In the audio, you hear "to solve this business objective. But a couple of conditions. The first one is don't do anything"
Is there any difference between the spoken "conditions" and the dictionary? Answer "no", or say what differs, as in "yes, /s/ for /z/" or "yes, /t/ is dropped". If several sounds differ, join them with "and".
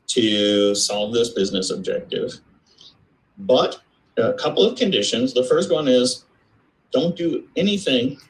no